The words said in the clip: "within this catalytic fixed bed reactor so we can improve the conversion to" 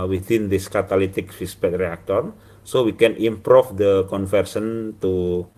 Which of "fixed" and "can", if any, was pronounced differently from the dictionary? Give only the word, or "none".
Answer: fixed